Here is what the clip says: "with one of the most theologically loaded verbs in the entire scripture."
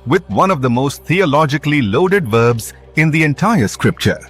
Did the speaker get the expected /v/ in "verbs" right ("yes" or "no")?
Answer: yes